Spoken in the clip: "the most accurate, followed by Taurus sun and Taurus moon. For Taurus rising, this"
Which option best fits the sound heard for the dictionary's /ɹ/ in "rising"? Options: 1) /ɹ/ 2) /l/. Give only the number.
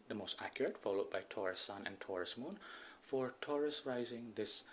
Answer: 1